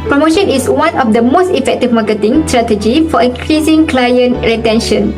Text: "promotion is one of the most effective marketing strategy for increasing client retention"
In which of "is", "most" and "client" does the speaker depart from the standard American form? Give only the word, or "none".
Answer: is